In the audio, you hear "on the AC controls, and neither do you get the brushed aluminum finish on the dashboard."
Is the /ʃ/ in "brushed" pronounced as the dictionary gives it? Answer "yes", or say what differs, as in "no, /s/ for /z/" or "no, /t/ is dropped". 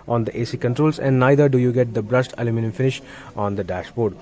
no, /s/ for /ʃ/